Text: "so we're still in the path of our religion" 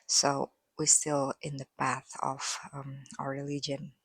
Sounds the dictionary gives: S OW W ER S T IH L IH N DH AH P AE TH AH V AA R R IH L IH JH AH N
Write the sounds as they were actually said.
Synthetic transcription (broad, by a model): S OW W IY S T IH L IH N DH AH P AE TH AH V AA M R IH L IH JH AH N